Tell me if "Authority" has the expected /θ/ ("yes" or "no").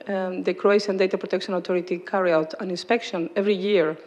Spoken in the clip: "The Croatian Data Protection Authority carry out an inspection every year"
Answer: no